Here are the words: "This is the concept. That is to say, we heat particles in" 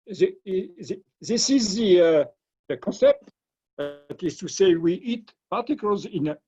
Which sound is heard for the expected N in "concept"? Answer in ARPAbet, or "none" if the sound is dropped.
N